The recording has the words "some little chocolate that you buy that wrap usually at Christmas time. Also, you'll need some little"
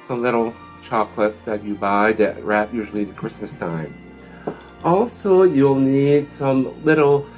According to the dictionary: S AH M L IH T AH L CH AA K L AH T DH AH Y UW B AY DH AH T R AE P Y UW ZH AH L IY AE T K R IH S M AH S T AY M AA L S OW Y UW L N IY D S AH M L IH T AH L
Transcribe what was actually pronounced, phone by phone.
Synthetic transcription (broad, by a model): S AH M L IH T L CH AA K L AH T DH AH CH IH B AY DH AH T R AE P Y UW ZH L IY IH K R IH S M AH S T AY M AA L S OW Y UW L N IY D S AH M L IH T L